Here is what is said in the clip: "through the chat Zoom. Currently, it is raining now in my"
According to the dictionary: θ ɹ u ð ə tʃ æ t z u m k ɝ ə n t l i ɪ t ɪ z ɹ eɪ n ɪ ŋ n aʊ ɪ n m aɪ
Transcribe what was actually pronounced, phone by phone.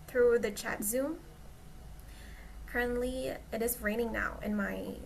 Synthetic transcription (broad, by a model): θ ɹ u ð ə tʃ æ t z u m k ɝ ə n t l i ɪ t ɪ z ɹ eɪ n ɪ ŋ n aʊ ɪ n m aɪ